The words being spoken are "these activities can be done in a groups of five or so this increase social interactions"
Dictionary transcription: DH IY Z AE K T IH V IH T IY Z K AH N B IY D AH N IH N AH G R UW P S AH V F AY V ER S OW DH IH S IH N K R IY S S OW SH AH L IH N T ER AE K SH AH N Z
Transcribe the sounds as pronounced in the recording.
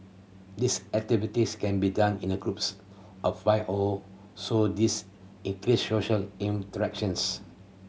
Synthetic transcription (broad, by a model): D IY S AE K T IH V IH T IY S K AH N B IY D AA N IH N AH G R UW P S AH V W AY AO S OW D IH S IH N K R IY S S OW SH AH L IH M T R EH K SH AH N S